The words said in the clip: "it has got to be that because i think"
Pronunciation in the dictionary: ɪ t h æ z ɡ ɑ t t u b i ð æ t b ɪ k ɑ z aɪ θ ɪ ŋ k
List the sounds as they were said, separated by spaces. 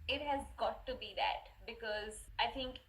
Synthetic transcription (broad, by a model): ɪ t h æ z ɡ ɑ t t u b i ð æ t b ɪ k ɑ z aɪ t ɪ ŋ k